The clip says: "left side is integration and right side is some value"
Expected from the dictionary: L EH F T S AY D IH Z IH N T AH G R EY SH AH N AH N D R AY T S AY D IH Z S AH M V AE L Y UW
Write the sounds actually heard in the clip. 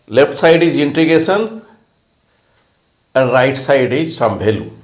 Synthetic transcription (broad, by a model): L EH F T S AY D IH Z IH N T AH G EY S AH N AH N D R AY T S AY D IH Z S AH M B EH L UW